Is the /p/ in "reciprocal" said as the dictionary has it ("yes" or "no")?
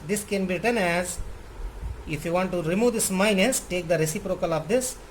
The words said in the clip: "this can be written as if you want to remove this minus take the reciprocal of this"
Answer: yes